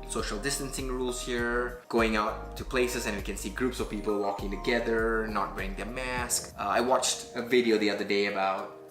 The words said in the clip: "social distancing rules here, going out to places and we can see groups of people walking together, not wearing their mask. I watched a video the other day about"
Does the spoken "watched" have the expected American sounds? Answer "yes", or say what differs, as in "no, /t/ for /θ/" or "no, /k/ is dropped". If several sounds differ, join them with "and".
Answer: yes